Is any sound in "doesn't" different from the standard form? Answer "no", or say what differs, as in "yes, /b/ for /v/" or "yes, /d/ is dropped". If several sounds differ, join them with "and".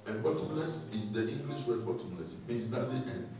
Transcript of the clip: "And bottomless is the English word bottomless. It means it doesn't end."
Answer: yes, /n/ is dropped